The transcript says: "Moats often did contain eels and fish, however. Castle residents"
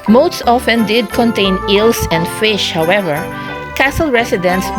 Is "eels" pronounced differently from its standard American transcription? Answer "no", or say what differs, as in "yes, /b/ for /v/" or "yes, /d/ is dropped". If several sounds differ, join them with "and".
yes, /s/ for /z/